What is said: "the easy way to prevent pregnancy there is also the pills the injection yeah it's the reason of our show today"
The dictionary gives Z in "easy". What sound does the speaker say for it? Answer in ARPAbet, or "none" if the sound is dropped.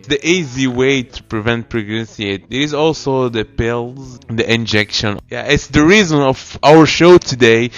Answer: Z